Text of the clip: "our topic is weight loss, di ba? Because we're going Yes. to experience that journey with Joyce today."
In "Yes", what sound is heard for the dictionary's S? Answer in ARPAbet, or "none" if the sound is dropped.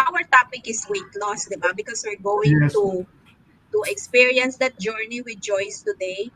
none